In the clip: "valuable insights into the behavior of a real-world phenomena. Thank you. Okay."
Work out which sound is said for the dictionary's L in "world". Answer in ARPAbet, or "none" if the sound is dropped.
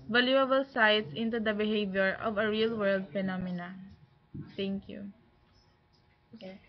L